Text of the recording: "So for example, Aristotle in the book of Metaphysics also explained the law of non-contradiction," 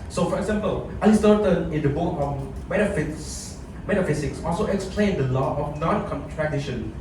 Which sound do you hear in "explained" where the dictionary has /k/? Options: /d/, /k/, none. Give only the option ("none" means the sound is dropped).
/k/